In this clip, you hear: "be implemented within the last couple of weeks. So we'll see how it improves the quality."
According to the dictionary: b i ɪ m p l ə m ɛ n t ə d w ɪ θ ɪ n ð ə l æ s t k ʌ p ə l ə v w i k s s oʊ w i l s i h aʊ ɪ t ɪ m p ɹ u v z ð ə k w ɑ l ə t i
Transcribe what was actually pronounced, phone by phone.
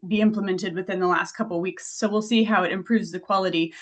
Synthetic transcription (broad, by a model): b i ɪ m p l ə m ɛ n t ə d w ɪ θ ɪ n ð ə l æ s t k ʌ p l w i k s s oʊ w i l s i h aʊ ɪ t ɪ m p ɹ u v z ð ə k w ɑ l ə t i